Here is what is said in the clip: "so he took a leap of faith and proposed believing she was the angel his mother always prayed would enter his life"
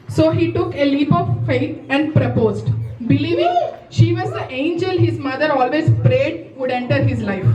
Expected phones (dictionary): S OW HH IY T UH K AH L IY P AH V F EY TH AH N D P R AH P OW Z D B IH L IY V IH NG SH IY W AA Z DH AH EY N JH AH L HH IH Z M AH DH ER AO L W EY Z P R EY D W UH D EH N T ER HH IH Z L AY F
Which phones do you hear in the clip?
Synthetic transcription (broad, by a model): S OW HH IY T UH K AH L IY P AH V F EY T AH N D P R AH P OW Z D B IH L IY V IH NG SH IY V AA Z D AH EY N JH AH L HH IH Z M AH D ER AO L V EY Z P R EY D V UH D EH N T ER HH IH Z L AY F